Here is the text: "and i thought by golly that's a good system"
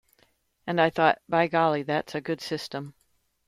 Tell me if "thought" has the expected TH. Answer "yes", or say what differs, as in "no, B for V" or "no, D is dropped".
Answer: yes